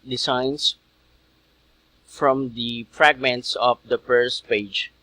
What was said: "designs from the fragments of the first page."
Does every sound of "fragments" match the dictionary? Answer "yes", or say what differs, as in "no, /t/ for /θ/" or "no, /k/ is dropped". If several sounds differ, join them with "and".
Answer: yes